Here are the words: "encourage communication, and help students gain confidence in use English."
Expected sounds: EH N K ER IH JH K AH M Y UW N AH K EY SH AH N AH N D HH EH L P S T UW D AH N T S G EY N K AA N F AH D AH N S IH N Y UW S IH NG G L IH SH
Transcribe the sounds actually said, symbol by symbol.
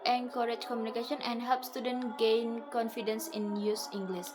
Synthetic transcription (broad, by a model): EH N K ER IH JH K AH M Y UW N AH K EY SH AH N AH N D HH EH L P S T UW D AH N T G EY N K AA N F AH D AH N S IH N Y UW S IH NG G L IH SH